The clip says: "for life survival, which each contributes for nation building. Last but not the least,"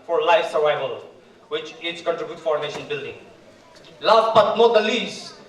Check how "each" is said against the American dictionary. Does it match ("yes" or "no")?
no